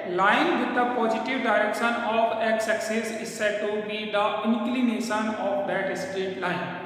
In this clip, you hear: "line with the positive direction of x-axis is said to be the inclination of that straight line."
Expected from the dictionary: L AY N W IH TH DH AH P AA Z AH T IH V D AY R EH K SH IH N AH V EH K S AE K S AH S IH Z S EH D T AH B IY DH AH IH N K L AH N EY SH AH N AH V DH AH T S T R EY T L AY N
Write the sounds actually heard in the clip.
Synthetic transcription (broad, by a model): L AY N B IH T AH P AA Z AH T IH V D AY R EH K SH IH N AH F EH K S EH K S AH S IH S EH T AH B IY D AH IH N K L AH N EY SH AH N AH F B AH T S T EY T L AY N